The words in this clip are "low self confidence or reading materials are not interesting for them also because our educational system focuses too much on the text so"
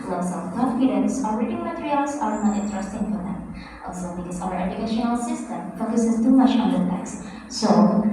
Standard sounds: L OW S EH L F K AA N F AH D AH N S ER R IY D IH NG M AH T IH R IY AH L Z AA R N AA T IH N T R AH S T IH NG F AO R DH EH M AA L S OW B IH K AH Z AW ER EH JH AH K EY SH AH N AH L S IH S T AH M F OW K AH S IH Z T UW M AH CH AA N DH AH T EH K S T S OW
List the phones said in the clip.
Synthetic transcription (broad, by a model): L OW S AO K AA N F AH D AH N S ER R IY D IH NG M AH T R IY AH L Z AA R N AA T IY T R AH S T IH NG F AO R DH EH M AA L S OW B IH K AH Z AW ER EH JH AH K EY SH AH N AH L S IH S T AH M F OW K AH S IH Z T UW M AH CH AA N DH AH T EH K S S OW